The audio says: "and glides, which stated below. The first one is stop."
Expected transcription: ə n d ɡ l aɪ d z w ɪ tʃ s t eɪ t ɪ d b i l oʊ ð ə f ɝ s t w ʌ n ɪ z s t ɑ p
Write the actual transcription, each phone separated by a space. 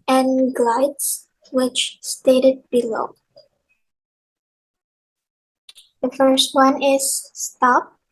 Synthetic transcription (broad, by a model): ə n ɡ l aɪ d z w ɪ tʃ s t eɪ t ɪ d b i l oʊ ð ə f ɝ s t w ʌ n ɪ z s t ɑ p